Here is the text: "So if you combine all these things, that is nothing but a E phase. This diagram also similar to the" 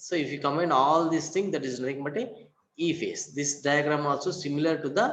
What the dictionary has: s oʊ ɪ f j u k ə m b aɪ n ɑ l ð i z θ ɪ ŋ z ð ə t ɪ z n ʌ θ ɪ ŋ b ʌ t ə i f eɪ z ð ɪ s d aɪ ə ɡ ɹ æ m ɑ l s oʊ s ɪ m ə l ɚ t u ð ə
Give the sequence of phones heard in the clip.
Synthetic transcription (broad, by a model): s oʊ ɪ f j u k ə m aɪ n ɑ l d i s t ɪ ŋ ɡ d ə t ɪ z n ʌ t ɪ ŋ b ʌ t ə i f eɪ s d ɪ s d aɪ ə ɡ ɹ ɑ m ɑ l s oʊ s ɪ m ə l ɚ t u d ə